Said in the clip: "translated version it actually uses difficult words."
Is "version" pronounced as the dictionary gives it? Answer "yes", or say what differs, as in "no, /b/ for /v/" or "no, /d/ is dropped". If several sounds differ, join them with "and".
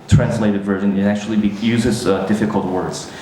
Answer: yes